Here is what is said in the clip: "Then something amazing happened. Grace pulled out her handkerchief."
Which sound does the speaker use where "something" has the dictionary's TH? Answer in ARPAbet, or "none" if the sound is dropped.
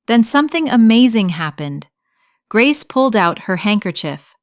TH